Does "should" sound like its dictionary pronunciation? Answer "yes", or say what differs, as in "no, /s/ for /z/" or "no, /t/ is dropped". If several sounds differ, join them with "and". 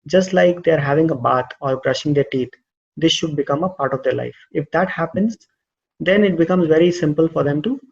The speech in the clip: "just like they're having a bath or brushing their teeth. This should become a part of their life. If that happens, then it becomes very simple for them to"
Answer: yes